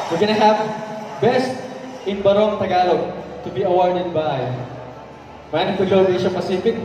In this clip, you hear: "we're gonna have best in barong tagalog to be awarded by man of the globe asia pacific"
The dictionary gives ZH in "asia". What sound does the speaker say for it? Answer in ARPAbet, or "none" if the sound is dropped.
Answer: SH